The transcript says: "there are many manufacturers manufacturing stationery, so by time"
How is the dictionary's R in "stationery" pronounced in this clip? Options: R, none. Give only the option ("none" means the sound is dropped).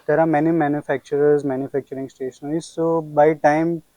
none